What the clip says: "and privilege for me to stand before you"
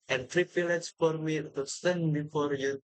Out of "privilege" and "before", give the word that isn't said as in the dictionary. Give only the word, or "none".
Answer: privilege